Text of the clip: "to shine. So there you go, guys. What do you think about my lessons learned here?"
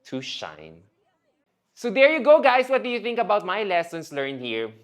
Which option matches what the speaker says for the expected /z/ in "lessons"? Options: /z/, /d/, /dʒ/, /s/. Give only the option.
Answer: /s/